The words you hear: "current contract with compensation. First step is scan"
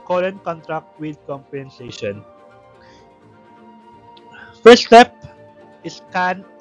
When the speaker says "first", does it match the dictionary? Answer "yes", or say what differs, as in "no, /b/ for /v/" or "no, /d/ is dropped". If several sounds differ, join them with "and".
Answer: no, /s/ is dropped